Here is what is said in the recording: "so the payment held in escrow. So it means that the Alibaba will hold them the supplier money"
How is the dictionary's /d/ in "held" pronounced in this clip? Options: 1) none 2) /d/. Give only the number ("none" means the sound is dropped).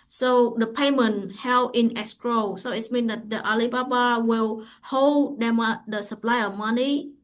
1